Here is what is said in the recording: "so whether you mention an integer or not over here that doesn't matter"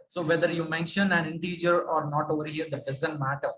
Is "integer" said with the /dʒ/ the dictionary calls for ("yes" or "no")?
yes